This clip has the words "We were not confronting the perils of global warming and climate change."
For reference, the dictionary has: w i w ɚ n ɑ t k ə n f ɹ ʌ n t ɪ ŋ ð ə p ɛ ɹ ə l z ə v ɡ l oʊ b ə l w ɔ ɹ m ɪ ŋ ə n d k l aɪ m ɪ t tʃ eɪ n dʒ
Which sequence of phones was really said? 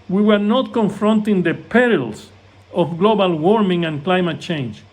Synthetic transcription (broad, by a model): w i w ɚ n ɑ t k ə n f ɹ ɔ n t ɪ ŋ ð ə p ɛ ɹ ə l s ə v ɡ l oʊ b ə l w ɔ ɹ m ɪ ŋ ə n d k l aɪ m ɪ t tʃ eɪ n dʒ